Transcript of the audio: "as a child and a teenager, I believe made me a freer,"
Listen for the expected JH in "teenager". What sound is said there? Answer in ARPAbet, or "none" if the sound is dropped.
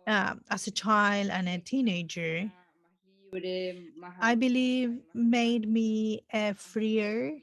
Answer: JH